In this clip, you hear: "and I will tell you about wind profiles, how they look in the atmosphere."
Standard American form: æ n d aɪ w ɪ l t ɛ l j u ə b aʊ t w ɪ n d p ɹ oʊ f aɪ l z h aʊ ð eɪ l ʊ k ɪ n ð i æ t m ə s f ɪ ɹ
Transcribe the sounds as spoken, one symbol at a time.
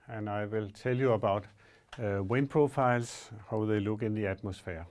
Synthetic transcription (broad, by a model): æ n aɪ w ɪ l s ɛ l j u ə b aʊ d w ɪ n p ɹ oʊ f aɪ l s h aʊ ð eɪ l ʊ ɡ ɪ n ð i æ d m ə s f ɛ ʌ